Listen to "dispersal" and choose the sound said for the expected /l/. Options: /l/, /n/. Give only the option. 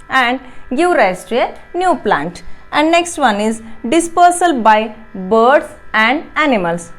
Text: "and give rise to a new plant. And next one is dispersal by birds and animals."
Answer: /l/